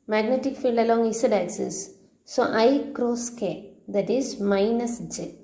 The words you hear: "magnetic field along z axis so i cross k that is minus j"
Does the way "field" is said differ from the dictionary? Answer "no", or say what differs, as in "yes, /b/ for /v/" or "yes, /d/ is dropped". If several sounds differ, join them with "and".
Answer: no